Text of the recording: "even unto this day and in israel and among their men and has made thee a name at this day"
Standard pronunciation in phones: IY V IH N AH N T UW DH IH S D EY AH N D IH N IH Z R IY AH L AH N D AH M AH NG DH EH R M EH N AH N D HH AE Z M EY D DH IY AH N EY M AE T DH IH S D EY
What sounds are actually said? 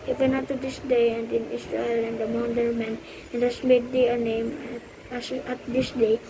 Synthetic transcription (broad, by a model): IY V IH N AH T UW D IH S D EY AH N D IH N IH S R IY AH L AH N D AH M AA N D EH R M EH N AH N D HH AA S M EY D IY AH N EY M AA T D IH S D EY